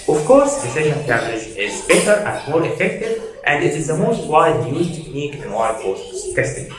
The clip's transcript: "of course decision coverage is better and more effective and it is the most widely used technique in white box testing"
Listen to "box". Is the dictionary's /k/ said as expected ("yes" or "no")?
no